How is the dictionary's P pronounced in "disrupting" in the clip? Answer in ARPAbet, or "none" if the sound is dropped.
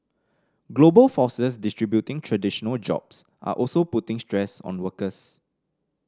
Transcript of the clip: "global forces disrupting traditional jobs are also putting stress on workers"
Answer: B